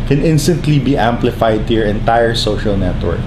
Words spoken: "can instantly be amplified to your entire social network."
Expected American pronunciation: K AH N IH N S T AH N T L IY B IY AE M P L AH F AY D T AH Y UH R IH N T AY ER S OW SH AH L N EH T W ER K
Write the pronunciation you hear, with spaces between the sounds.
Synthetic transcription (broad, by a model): K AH N IH N S T AH N T L IY B IY AE M P L AH F AY D T AH R IH N T AY ER S OW SH AH L N EH T W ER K